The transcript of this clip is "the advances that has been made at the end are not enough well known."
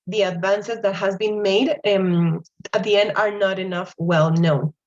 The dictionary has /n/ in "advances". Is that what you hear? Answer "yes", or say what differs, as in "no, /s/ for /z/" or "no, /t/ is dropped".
yes